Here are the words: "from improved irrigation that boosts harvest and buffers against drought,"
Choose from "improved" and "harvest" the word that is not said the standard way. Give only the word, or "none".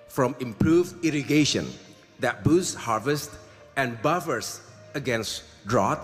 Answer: none